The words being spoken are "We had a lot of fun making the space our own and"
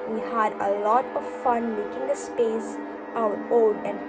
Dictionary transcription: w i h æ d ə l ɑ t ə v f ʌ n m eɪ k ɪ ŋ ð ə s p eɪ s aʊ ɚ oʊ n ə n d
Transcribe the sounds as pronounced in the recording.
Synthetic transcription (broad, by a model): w i h æ d ə l ɑ t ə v f ʌ n m eɪ k ɪ ŋ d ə s p eɪ s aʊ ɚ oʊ l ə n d